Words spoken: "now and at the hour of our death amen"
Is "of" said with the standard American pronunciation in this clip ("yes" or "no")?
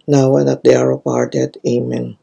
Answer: no